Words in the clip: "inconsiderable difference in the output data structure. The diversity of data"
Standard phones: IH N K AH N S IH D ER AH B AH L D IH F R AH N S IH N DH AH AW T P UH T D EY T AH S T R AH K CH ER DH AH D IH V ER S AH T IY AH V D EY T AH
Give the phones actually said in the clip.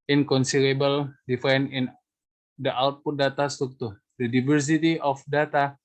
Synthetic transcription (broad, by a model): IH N K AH N S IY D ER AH B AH L D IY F AH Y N IH N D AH AW T P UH T D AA T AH S T R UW K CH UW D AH D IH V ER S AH T IY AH F D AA T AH